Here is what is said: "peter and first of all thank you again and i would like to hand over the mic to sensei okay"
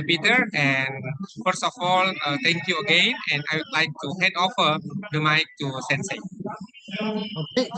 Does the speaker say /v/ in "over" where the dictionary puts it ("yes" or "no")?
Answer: no